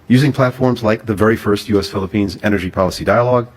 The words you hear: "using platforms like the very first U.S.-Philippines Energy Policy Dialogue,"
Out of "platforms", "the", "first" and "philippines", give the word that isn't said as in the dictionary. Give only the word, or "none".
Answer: none